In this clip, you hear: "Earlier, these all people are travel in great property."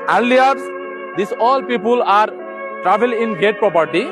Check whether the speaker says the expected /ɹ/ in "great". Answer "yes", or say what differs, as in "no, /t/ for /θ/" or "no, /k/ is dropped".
no, /ɹ/ is dropped